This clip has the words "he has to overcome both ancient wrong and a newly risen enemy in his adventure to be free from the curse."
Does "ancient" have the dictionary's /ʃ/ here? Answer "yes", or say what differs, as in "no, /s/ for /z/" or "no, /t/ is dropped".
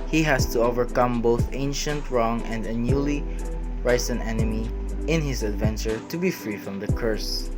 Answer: yes